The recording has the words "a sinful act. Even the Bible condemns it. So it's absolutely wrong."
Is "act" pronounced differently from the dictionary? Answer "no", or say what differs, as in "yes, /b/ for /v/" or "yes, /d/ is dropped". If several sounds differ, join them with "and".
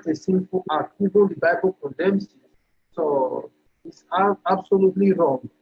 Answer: yes, /t/ is dropped